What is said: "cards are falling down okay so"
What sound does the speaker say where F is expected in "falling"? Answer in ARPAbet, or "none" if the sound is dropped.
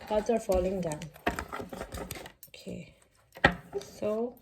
F